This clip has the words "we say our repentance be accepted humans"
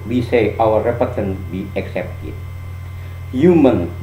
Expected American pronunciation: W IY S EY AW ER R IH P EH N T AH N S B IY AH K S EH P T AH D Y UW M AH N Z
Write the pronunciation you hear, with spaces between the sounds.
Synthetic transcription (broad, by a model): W IY S EY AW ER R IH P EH T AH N B IY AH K S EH P T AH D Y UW M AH N